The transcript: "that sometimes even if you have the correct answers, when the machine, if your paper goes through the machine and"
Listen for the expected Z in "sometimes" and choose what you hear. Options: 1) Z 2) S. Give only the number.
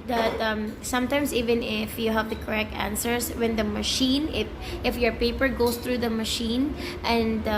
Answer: 2